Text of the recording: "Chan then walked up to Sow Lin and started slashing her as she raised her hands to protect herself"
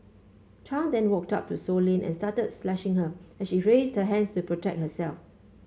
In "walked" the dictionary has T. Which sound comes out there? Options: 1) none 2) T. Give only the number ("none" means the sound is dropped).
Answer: 2